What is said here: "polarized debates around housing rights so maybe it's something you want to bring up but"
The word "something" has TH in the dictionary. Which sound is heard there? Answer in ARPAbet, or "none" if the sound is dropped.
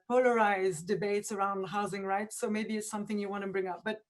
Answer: TH